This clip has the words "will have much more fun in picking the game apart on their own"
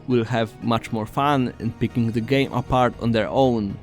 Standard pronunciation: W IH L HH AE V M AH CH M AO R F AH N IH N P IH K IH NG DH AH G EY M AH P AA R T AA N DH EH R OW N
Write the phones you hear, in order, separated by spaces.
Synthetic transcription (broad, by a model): W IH L HH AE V M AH CH M AO R F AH N IH N P IH K IH NG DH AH G EY M AH P AA R T AA N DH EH R OW N